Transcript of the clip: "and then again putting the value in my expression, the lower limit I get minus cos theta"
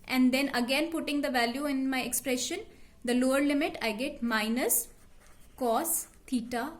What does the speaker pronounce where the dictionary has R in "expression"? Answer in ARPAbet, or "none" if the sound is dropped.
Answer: R